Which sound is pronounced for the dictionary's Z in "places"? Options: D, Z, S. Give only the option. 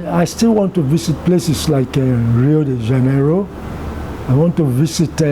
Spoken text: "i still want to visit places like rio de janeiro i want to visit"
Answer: S